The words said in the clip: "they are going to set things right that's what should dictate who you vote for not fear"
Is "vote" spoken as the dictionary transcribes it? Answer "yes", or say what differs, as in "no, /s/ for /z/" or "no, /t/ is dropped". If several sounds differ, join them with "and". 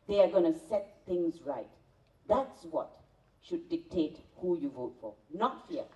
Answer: yes